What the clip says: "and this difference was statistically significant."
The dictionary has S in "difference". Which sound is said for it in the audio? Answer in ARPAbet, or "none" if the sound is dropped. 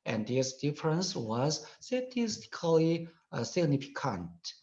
S